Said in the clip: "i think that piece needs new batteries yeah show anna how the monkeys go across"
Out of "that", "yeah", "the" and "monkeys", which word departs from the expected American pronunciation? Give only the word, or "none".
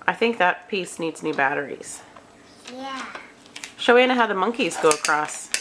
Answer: none